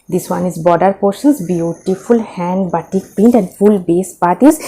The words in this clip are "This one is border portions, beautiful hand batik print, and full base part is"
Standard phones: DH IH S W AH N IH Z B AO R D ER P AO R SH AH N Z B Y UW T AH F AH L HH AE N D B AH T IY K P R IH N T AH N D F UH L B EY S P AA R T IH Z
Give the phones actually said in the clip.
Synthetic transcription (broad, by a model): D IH S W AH N IH Z B AO D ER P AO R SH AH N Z B Y UW T AH F AH L HH AE N D B AH T IY K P IH N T AH N D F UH L B EY S P AA R T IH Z